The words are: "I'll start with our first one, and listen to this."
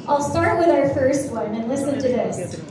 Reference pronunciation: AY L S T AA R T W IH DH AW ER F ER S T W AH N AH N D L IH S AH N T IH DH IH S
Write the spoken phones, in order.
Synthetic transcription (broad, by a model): AY L S T AA R T W IH DH AW ER F ER S T W AH N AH N L IH S AH N T IH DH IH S